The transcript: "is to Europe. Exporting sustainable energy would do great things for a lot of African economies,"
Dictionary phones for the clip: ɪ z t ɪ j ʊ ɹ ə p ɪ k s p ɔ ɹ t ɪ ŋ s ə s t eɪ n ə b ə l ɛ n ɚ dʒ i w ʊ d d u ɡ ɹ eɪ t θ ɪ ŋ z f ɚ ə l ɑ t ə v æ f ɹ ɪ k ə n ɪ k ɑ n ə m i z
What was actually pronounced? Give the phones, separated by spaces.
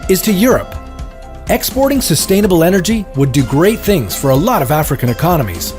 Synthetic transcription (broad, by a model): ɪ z t ɪ j ʊ ɹ ə p ɪ k s p ɔ ɹ t ɪ ŋ s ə s t eɪ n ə b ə l ɛ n ɚ dʒ i w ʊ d d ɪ ɡ ɹ eɪ t θ ɪ ŋ z f ɚ ə l ɑ t ə v æ f ɹ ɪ k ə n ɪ k ɑ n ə m i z